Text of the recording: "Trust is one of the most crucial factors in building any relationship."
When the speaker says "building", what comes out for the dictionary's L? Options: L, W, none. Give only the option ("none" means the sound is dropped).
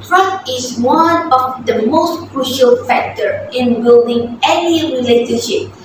L